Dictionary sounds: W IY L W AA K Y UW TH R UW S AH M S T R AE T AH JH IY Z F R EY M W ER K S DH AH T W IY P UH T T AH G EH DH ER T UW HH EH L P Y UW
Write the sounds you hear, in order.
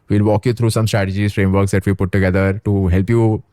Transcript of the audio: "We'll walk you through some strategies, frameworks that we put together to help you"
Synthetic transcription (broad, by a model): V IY L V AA K Y UW T R UW S AH M S T R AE T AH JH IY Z F R EY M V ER K S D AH T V IY P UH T T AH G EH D ER T UW HH EH L P Y UW